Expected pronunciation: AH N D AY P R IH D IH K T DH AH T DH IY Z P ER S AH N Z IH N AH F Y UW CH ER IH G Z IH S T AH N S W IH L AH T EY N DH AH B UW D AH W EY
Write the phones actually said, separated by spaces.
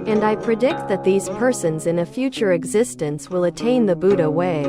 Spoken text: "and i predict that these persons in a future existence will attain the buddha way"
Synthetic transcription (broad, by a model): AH N D AY P R IH D IH K T DH AH T DH IY Z P ER S AH N Z IH N AH F Y UW CH ER IH G Z IH S T AH N S W IH L AH T EY N DH AH B UW D AH W EY